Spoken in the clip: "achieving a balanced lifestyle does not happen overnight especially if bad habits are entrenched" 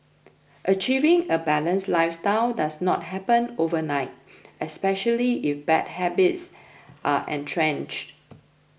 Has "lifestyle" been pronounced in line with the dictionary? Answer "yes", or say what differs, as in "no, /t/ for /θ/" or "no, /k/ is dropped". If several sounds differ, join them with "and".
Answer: yes